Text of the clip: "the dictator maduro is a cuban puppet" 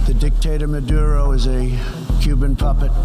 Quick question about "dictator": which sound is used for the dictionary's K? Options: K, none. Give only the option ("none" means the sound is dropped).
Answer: K